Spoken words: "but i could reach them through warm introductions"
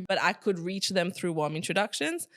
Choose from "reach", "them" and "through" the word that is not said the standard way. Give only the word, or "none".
none